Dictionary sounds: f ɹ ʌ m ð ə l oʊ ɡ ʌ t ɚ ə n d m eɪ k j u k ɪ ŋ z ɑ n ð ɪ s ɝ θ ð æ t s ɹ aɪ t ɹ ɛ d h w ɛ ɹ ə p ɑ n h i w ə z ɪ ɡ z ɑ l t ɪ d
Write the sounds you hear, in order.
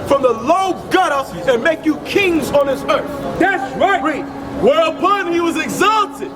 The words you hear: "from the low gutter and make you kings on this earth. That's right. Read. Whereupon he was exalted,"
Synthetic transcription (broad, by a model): f ɹ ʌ m ð ə l oʊ ɡ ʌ t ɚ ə n m eɪ k j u k ɪ ŋ z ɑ n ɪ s ɝ θ ð æ t s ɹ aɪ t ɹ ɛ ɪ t w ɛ ɹ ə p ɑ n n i w ə z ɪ ɡ z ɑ l t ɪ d